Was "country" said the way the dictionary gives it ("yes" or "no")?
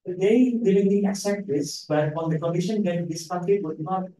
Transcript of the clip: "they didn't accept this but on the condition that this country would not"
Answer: no